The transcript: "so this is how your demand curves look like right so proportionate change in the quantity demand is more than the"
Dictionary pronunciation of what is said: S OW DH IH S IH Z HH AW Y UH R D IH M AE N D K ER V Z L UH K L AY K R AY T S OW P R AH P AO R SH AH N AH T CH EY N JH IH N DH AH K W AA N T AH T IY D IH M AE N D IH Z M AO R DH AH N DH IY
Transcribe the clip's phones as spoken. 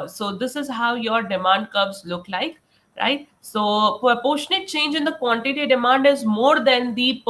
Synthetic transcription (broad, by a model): S OW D IH S IH Z HH AW Y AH R D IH M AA N D K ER B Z L UH K L AY K R AY T S OW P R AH P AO SH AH N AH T CH EY N JH IH N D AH K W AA N T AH T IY D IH M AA N D IH Z M AO R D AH N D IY